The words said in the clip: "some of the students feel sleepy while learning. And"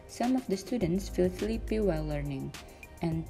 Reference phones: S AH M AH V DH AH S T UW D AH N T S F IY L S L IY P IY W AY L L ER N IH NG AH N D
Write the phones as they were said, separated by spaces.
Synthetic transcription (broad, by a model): S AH M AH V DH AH S T UW D AH N T S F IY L TH L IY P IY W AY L L ER N IH NG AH N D